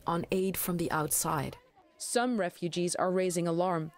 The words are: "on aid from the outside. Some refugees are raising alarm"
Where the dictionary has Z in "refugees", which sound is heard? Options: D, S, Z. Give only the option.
Z